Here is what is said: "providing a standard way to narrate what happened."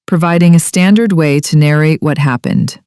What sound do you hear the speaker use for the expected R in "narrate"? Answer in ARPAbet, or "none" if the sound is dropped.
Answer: R